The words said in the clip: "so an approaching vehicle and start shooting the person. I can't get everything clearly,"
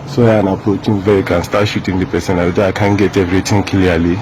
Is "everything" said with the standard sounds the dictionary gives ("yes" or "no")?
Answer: no